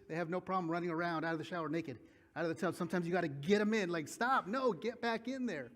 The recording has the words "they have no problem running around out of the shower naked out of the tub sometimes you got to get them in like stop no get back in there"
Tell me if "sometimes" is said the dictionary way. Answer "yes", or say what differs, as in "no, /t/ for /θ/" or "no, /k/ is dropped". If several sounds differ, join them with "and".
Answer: no, /z/ is dropped